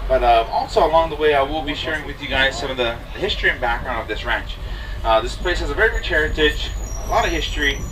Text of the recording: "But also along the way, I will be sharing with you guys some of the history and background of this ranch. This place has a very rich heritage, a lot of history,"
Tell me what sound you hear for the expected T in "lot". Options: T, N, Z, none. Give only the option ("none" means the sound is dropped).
T